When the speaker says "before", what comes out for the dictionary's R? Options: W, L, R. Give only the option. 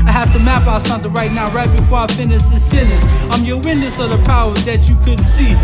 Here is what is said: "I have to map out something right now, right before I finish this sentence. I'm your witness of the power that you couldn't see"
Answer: R